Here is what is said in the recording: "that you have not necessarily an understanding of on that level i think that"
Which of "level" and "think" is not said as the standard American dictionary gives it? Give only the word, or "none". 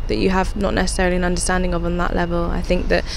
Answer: none